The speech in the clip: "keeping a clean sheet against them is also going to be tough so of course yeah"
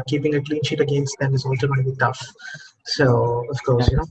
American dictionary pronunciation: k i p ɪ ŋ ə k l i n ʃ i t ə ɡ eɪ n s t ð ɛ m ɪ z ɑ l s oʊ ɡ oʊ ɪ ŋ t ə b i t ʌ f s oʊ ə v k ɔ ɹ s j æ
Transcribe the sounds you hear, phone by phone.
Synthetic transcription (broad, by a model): k i p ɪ ŋ ə k l i n ʃ i t ə ɡ eɪ n s t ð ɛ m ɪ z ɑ l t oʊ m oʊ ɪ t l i t ʌ f s oʊ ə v k ɔ ɹ s j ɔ